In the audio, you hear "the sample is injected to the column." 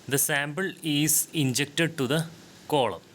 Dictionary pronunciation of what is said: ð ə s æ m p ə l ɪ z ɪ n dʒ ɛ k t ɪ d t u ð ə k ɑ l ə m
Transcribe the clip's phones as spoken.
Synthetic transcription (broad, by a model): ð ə s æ m b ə l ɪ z ɪ n dʒ ɛ k t ɪ d t u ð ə k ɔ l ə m